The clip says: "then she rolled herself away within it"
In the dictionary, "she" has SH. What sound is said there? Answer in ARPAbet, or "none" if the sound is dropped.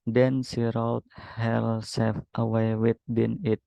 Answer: S